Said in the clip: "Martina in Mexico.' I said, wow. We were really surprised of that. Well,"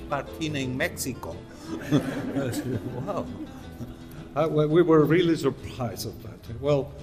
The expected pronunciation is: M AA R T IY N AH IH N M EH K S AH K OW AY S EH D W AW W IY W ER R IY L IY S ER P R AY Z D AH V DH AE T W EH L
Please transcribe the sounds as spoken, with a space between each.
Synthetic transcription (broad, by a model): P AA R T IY N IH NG M EH K S AH K OW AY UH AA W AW W IY W ER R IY L IY S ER P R AY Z AH V DH AE T W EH L